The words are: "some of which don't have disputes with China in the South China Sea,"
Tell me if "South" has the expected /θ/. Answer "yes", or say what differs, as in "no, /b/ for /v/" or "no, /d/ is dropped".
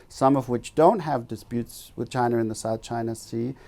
yes